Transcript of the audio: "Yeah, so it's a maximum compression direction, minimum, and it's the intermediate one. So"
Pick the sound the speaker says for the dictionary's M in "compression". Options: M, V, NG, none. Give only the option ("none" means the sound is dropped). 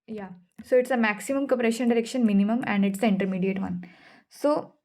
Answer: none